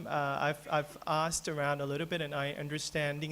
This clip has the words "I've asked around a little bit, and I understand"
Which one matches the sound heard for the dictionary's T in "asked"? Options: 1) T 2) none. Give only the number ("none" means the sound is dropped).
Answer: 1